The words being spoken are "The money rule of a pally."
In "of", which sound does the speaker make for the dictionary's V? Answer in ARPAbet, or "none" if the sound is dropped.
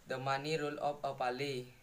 P